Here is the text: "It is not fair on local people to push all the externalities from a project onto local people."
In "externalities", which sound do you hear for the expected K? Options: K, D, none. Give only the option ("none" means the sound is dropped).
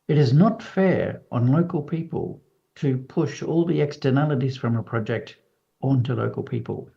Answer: K